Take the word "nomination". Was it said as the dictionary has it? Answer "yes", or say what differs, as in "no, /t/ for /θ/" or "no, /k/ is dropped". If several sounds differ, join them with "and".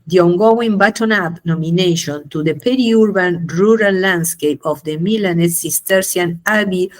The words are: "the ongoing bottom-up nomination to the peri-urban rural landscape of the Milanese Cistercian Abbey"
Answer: yes